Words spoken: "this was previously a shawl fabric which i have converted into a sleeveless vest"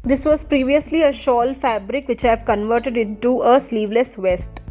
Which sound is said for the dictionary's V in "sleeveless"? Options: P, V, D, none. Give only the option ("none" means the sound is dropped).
V